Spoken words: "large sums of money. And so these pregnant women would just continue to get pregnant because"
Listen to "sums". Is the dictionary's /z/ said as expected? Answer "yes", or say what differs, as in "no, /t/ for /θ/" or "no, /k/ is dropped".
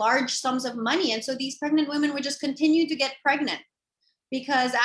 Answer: yes